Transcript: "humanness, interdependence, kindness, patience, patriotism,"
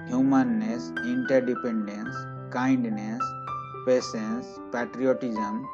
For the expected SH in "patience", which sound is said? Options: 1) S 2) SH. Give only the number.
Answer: 1